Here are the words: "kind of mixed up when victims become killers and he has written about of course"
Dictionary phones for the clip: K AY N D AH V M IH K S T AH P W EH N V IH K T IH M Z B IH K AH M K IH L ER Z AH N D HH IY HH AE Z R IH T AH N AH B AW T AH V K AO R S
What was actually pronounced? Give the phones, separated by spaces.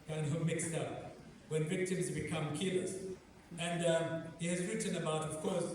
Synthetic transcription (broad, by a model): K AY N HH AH M IH K S T AH P W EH N V IH K T IH M Z B IH K AH M K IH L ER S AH N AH HH IY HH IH Z R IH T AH N AH B AW T AH V K AO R S